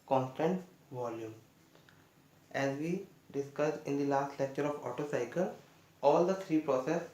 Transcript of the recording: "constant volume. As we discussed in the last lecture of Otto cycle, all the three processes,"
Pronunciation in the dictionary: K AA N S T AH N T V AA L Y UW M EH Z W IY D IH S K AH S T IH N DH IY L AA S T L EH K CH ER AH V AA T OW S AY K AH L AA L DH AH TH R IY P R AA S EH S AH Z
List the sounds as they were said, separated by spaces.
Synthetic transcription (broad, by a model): K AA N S T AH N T V AA L Y UW M EH Z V IY D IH S K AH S IH N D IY L AA S T L EH K CH ER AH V AA T OW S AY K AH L AA L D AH T R IY P R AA S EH S